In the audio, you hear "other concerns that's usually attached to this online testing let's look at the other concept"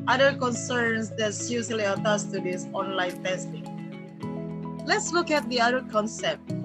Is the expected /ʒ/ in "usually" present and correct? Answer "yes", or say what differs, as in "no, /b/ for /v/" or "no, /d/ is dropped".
no, /s/ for /ʒ/